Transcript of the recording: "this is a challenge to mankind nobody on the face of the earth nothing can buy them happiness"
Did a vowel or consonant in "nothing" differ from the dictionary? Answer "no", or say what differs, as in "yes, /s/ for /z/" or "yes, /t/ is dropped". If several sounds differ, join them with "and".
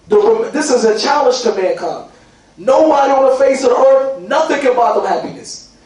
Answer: no